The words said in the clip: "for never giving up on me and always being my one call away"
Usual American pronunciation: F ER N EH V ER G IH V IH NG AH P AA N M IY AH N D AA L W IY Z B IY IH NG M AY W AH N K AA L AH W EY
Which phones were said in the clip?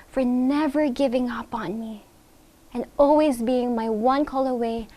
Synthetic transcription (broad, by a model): F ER N EH V ER G IH V IH NG AH P N M IY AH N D AA L W IY Z B IY IH NG M AY W AH N K AA L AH W EY